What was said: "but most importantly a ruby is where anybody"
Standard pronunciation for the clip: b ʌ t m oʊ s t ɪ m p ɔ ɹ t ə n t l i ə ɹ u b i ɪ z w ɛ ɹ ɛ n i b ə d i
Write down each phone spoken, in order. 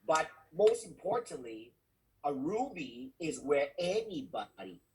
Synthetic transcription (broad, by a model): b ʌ t m oʊ s t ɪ m p ɔ ɹ t n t l i ə ɹ u b i ɪ z w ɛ ɹ ɛ n i b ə d i